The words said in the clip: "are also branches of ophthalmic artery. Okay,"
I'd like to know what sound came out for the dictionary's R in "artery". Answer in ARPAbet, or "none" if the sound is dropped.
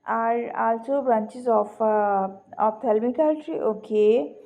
L